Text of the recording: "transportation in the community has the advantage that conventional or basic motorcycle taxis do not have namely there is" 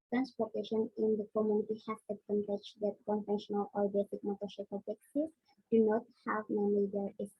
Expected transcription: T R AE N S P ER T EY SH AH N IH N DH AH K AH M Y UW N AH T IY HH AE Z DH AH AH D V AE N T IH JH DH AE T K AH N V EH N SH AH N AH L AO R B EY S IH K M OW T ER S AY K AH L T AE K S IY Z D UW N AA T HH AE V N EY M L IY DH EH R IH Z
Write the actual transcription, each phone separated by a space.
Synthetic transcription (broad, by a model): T R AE N S P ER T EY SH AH N IH N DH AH K AH M Y UW N AH T IY HH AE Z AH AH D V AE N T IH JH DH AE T K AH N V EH N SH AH N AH L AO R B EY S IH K M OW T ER SH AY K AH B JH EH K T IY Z D UW N AA T HH AE V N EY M IY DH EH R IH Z